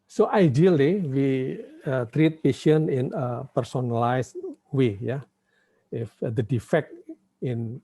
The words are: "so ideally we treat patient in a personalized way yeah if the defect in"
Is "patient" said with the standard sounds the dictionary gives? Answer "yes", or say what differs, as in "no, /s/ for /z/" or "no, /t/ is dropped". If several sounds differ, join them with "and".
no, /t/ is dropped